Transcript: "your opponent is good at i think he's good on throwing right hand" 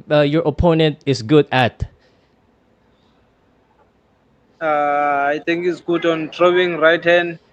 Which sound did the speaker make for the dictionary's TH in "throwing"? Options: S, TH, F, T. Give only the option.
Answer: T